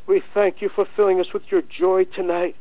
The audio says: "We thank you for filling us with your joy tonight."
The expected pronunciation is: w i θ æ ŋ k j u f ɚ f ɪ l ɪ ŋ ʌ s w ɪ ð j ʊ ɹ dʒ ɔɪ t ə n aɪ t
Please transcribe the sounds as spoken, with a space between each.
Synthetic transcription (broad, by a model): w i θ æ ŋ k j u f ɚ f ɪ l ɪ ŋ ʌ s w ɪ ð j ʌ ɹ dʒ ɔɪ t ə n aɪ t